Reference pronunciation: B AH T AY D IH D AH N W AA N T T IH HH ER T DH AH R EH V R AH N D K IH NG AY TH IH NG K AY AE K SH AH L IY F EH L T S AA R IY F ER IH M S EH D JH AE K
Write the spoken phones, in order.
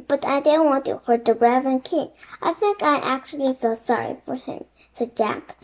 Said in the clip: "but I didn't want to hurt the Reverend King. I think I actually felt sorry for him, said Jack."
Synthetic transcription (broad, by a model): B AH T AY D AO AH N W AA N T T IH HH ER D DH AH R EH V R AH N K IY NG AY TH IH NG K AY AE K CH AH L IY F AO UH S AA R IY F ER IH M S EH D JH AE K